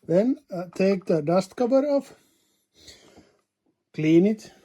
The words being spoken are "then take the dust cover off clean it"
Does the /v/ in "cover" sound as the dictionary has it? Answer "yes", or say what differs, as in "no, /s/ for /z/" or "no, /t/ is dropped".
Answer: no, /b/ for /v/